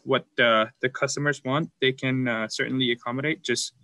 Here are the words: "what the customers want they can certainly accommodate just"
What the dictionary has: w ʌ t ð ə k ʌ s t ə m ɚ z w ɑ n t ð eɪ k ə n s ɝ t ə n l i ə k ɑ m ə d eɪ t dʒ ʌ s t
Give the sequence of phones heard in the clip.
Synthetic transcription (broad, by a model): w ʌ t ð ə k ʌ s t ə m ɚ z w ɑ n t ð eɪ k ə n s ɝ t n l i ə k ɑ m ə d eɪ t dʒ ʌ s t